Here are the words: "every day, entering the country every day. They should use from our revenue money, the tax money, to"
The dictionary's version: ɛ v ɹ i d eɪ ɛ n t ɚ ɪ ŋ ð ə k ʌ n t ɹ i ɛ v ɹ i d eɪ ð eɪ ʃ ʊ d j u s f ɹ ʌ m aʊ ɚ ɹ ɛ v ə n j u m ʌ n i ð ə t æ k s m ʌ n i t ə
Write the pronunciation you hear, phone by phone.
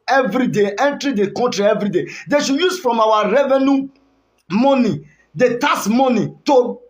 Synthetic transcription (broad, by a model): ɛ v ɹ i d eɪ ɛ n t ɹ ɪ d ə k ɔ n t ɹ i ɛ v ɹ i d eɪ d eɪ ʃ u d j u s f ɹ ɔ m aʊ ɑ ɹ ɛ v ə n j u m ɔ n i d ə t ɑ s m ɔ n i t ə